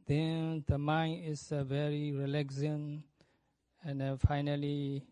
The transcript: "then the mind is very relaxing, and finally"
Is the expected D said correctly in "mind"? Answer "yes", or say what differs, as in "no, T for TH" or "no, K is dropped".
no, D is dropped